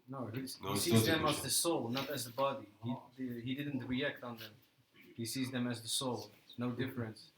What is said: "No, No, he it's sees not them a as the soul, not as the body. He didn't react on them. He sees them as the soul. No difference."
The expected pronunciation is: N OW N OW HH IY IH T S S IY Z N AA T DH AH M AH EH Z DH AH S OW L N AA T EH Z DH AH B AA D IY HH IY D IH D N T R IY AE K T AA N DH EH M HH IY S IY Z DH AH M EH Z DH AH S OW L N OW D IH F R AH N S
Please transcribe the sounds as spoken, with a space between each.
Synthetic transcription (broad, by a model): N OW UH HH IY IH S S IY Z DH AH M AH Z DH AH S OW L N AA T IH Z DH AH B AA D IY HH IY D IH D N T R IY AE K T N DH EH M HH IY S IY Z DH AH M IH Z DH AH S OW L N OW D IH F R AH N S